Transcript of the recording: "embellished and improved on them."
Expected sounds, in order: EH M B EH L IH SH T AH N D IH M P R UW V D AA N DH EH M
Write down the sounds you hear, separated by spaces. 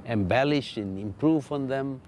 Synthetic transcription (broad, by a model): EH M B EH L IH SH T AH N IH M P R UW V AA N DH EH M